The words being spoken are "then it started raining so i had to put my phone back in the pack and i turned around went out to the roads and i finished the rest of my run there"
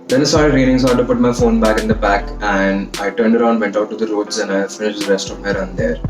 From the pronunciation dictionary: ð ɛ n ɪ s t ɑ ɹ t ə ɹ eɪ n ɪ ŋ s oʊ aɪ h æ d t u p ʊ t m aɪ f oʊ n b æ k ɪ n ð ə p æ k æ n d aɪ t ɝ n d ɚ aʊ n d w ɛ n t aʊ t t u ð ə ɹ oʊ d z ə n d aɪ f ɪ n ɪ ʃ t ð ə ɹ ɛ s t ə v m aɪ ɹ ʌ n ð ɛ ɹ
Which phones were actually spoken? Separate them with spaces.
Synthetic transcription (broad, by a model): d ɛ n ɪ s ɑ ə ɹ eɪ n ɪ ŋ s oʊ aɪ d t u p ʊ t m aɪ f oʊ n b æ k ɪ n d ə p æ k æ n d aɪ t ɝ n d ɚ aʊ n d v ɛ n t aʊ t t u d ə ɹ oʊ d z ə n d aɪ f ɪ n ɪ ʃ t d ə ɹ ɛ s t ə v m aɪ ɹ ʌ n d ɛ ɹ